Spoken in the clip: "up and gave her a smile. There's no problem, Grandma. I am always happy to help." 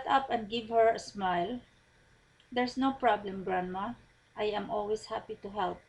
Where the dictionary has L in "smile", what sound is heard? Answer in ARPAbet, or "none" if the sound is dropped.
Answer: L